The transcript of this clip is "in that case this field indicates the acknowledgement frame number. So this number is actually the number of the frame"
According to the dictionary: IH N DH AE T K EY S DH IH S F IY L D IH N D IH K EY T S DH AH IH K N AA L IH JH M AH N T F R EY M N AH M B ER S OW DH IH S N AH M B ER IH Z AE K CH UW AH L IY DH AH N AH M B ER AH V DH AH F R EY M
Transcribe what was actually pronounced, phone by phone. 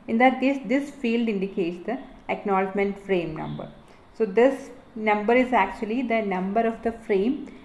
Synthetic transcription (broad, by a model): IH N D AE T K EY S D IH S F IY L D IH N D IH K EY T S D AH IH K N AA L IH JH M AH N T F R EY M N AH M B ER S OW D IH S N AH M B ER IH Z AE K CH UW AH L IY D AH N AH M B ER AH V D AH F R EY M